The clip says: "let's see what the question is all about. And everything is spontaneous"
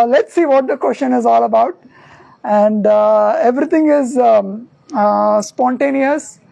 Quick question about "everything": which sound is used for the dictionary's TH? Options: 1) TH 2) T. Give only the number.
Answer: 2